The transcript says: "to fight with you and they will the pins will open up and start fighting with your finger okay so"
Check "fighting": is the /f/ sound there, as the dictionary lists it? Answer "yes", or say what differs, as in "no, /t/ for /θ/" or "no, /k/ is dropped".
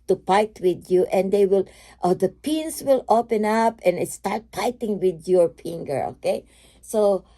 no, /p/ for /f/